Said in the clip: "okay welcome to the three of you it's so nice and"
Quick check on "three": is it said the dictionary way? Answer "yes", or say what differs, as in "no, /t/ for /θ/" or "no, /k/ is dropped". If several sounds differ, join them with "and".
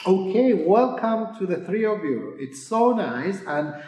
yes